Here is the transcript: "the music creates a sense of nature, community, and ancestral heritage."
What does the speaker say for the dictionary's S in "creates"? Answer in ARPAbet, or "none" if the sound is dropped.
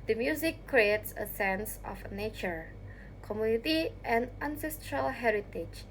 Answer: S